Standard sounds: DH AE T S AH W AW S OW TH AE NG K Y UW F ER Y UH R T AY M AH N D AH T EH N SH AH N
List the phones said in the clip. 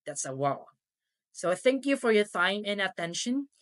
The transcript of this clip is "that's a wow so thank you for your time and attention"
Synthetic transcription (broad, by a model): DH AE T S AH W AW S OW TH AE NG K Y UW F ER Y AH R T AY M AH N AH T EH N SH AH N